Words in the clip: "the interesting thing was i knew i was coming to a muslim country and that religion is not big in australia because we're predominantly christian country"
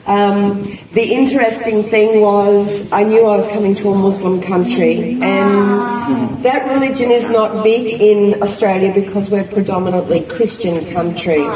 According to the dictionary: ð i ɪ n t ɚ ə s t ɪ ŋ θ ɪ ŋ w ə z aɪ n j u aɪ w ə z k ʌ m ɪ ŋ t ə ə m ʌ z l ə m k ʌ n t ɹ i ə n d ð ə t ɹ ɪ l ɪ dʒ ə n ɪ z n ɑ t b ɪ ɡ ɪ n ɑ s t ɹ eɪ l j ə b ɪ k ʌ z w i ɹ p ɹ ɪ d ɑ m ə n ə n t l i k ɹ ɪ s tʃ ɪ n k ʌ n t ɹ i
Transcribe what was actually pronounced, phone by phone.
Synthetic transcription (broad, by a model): ð i ɪ n t ɚ ə s t ɪ ŋ θ ɪ ŋ w ə z aɪ n j u aɪ w ə z k ʌ m ɪ ŋ t ə ə m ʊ z l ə m k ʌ n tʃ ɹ i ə n ð ə t ɹ ɪ l ɪ dʒ ə n ɪ z n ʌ t b ɪ ɡ ɪ n ɑ s t ɹ eɪ l j ə b ɪ k ʌ z w i ɹ p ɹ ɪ d ɑ m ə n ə n t l i k ɹ ɪ s tʃ ɪ n k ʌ n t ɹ i